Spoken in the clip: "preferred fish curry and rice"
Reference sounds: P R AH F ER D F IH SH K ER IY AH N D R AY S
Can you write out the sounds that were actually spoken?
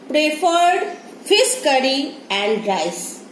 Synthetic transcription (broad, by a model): P R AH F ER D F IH S K ER IY AH N D R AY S